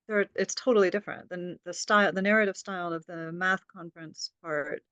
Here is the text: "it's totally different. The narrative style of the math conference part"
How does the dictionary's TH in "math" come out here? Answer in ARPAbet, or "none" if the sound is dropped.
TH